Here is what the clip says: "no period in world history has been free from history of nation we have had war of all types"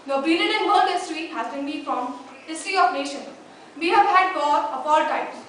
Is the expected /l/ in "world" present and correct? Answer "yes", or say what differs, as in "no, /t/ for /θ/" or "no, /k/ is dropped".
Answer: no, /n/ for /l/